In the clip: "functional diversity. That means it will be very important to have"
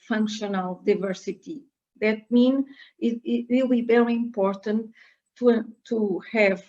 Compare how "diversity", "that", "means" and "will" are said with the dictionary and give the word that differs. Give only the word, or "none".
means